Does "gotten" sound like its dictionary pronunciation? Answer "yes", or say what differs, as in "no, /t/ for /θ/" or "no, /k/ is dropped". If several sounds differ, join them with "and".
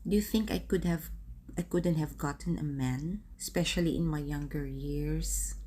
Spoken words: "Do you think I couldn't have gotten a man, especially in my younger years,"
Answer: yes